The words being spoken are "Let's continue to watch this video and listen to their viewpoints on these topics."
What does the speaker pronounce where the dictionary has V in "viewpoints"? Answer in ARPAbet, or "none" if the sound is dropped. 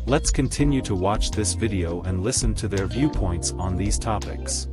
V